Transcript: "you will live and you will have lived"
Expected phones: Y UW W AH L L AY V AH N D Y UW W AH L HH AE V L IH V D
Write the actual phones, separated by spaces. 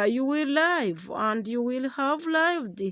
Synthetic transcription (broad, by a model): Y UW W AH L L AY V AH N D Y UW W AH L HH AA V L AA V D